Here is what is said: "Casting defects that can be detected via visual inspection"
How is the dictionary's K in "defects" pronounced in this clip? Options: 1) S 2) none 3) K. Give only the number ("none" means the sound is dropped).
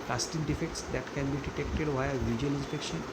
3